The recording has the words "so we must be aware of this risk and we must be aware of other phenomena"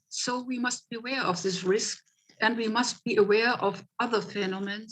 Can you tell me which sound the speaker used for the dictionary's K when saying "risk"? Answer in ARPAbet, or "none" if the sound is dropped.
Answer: K